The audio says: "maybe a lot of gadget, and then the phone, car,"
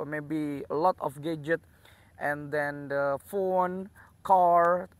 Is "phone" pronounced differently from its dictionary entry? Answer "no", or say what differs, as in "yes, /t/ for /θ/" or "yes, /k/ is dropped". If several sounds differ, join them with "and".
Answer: no